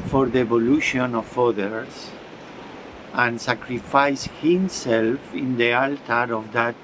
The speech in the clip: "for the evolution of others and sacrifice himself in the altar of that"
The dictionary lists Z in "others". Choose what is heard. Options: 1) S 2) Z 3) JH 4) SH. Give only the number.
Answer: 1